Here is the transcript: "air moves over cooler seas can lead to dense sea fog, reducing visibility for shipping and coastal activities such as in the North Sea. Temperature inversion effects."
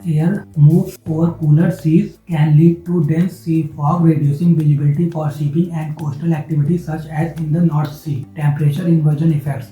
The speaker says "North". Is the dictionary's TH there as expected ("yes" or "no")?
no